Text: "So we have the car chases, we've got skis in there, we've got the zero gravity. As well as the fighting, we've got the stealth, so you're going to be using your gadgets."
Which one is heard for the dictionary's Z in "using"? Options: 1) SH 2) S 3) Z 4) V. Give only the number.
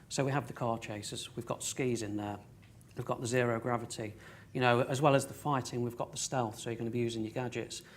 3